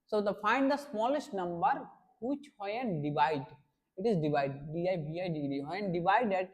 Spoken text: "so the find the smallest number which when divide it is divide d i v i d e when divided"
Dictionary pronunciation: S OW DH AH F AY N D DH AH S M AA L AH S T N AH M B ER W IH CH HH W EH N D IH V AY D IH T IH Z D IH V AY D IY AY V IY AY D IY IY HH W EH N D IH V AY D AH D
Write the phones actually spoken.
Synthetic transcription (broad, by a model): S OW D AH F AY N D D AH S M AA L AH S T N AH M B ER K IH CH HH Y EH N D IH V AY D IH T IH Z D IH V AY D IY AY B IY AY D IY IY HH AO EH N D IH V AY D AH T